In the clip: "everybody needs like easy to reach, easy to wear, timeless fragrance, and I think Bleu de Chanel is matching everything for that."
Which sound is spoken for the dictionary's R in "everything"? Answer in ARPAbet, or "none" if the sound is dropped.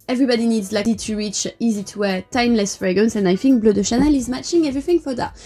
R